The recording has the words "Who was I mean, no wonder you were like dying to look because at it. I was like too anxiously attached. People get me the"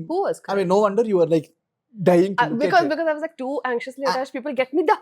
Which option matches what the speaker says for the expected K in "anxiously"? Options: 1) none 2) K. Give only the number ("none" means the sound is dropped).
2